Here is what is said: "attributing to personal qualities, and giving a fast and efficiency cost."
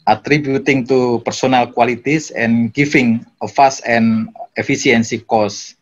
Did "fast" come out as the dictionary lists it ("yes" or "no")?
no